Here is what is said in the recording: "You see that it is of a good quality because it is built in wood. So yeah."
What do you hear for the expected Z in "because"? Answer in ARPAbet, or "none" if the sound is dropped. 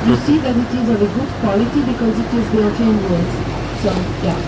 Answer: Z